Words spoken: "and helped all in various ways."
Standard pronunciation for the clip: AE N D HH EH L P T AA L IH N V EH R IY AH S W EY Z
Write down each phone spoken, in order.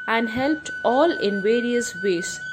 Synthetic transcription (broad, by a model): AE N D HH EH L P T AA L IH N V EH R IY AH S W EY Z